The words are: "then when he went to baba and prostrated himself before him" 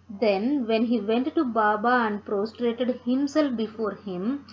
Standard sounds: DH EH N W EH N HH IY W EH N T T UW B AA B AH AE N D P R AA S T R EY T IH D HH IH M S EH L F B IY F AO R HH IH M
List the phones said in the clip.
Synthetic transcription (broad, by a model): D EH N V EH N HH IY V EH N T T UW B AA B AH AE N D P R AA S T R EY T IH D HH IH M S EH L F B IY F AO R HH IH M